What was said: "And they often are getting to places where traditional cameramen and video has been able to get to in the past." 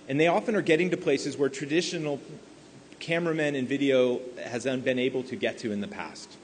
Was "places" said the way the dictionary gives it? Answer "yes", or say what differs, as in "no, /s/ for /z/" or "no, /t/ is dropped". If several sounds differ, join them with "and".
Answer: yes